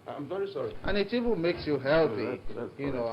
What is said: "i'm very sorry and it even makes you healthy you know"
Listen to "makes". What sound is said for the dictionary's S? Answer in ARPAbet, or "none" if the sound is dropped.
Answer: S